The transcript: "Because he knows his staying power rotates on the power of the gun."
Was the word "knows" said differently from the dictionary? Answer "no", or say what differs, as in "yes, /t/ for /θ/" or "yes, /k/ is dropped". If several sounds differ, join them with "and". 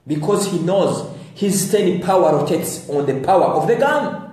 no